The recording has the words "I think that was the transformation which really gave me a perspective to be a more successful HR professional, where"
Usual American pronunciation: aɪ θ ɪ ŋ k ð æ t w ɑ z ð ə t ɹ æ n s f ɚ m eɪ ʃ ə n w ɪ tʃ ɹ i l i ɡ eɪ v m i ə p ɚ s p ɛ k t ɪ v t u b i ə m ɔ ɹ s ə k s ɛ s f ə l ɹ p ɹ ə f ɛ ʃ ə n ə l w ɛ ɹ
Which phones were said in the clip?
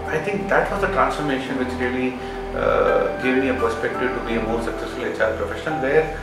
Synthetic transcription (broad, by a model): aɪ t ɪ ŋ k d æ t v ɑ z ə t ɹ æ n s f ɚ m eɪ ʃ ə n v ɪ tʃ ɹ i l i ɡ eɪ v m i ə p ɚ s p ɛ k t ɪ v t u b i ə m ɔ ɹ s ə k s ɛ s f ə l l p ɹ ə f ɛ ʃ ə n ə l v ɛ ɹ